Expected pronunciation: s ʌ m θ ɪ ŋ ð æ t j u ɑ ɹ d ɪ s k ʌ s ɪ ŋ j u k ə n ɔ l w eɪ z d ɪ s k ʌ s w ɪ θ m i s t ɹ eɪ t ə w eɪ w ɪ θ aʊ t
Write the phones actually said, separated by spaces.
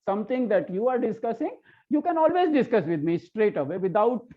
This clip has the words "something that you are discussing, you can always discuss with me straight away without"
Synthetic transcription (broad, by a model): s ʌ m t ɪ ŋ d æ t j u ɑ ɹ d ɪ s k ʌ s ɪ ŋ j u k ə n ɔ l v eɪ z d ɪ s k ʌ s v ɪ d m i s t ɹ eɪ t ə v eɪ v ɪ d aʊ t